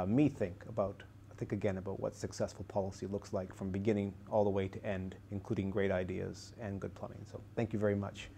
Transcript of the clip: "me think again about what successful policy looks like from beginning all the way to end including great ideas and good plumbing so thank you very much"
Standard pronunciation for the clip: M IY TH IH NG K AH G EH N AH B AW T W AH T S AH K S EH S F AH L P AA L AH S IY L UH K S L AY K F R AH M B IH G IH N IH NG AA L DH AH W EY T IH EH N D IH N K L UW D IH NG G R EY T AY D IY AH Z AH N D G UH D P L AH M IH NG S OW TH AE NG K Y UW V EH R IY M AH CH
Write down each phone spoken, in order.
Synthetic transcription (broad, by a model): M IY TH IH NG K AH G EH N AH B AW T W AH T S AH K S EH S F L P AA L AH S IY L UH K S L AY K F R AH M B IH G IH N IH NG AA L DH AH W EY T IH EH N D IH N K L UW D IH NG G R EY T AY D IY AH Z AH N G UH D P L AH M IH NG S OW TH AE NG K Y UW V EH R IY M AH CH